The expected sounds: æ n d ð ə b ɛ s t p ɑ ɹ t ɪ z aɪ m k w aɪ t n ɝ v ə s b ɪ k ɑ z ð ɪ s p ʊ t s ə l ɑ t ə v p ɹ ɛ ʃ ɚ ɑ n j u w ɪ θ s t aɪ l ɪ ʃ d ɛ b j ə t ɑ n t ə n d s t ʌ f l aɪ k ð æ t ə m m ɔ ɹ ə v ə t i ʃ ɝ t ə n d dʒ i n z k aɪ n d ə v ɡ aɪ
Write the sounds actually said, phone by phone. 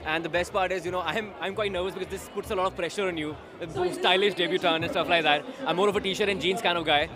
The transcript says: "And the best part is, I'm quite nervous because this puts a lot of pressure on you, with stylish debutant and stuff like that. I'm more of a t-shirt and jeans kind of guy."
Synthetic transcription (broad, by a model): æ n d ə b ɛ s t p ɑ ɹ t ɪ z aɪ m k w aɪ t n ɝ v ə s b ɪ k ɑ z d ɪ s p ʊ t s ə l ɑ t ə v p ɹ ɛ ʃ ɚ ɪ n j u s t aɪ l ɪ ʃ d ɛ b j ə t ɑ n ə n s t ʌ f l aɪ k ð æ t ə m m ɔ ɹ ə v ə t i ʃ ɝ t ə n dʒ i n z k aɪ n d ə v ɡ aɪ